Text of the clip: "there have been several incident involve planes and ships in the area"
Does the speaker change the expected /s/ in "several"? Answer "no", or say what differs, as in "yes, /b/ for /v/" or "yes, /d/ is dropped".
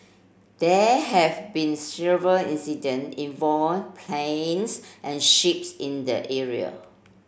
no